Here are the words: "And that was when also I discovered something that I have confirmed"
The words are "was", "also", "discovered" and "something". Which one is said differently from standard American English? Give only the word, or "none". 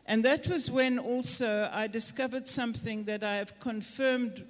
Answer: none